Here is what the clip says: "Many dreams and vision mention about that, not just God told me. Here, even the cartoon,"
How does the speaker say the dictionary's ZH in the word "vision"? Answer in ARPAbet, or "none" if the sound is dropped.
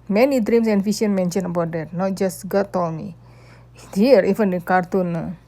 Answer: SH